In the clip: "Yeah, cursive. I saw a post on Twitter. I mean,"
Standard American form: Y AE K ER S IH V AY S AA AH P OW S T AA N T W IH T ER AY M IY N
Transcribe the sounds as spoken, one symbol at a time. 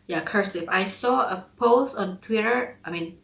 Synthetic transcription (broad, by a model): Y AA K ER S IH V AY S AA AH P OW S AA N T W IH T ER AY M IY N